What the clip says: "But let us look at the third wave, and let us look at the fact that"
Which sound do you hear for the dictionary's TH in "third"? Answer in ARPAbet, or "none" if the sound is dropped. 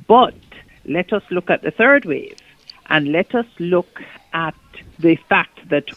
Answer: TH